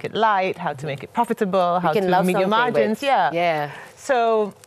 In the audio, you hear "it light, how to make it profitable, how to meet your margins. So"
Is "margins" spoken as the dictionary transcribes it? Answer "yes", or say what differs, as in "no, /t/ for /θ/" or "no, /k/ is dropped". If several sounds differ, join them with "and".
no, /dʒ/ is dropped